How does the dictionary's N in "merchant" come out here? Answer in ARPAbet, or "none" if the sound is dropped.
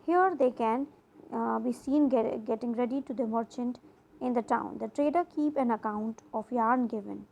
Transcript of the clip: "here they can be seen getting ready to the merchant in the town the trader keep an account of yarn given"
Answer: N